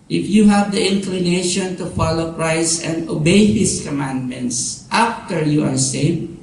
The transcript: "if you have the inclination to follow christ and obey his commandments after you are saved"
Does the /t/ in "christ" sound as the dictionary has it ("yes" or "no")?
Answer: no